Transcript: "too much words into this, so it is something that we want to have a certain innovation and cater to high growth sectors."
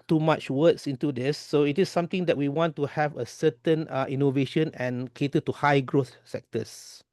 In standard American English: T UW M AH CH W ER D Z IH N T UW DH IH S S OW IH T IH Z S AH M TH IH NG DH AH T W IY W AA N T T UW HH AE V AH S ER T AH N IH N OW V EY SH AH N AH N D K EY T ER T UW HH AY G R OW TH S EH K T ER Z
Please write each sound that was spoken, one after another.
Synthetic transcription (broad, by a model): T UW M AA CH W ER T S IH N T UW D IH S S OW IH T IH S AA M T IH NG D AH T W IY W AA N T T UW HH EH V AH S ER T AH N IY N OW V EY SH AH N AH N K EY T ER T UW HH AY G R OW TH S EH K T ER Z